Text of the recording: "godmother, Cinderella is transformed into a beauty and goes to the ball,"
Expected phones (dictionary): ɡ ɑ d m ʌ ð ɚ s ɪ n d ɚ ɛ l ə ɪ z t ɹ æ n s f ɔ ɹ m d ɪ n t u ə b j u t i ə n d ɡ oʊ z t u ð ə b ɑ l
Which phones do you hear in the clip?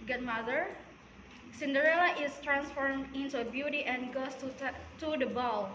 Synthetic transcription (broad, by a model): ɡ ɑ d m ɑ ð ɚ s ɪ n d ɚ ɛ l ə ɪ s t ɹ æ n s f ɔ ɹ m ɪ n t u ə b j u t i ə n ɡ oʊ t t u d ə b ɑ l